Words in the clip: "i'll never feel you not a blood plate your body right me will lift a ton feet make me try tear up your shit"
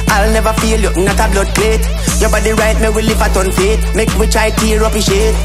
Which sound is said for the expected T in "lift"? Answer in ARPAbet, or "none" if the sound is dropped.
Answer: none